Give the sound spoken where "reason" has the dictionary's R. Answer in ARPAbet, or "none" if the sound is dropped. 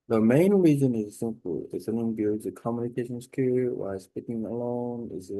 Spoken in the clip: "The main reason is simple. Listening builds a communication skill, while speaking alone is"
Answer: R